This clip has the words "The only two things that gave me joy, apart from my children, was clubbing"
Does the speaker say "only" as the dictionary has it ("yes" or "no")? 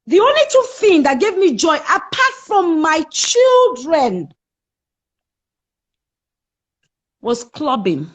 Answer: yes